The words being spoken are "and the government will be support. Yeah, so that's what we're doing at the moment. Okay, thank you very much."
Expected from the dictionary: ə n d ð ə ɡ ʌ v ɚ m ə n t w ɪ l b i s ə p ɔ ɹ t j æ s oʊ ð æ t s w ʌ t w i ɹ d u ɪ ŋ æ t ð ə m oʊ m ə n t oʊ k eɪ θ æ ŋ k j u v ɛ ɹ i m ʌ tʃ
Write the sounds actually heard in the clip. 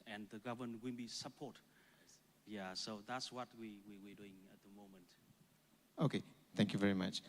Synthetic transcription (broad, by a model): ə n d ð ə ɡ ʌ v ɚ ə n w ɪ n b i s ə p ɔ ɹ t j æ s oʊ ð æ t s w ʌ t w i w d u ɪ ŋ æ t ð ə m oʊ m ə n t oʊ k eɪ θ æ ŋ k j u v ɛ ɹ i m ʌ tʃ